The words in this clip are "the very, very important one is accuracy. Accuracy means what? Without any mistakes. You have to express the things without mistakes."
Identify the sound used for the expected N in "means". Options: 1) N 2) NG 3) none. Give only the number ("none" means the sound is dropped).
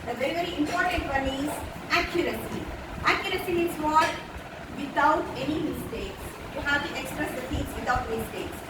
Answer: 3